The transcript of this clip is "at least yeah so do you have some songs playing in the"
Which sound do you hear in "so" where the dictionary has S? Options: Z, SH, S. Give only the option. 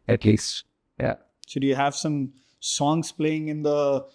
SH